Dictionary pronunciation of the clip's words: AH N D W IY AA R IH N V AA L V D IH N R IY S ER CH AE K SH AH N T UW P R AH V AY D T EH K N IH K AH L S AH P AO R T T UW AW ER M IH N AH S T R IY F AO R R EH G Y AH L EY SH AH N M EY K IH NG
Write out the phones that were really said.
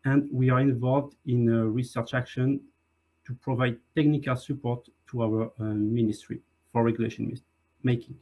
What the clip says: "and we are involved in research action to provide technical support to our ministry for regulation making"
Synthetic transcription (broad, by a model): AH N D W IY AA R IH N V AA L V D IH N R IY S ER CH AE K SH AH N T UW P R AH V AY D T EH K N IH K AH L S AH P AO R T T UW AW ER M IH N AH S T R IY F AO R R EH G Y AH L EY SH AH N M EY K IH NG